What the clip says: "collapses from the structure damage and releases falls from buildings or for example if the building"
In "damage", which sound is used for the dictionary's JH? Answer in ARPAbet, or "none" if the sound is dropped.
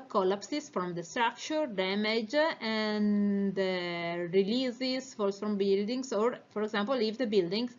JH